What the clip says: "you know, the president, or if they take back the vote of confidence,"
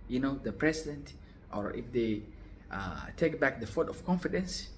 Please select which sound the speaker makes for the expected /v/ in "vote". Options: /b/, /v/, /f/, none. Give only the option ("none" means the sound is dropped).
/f/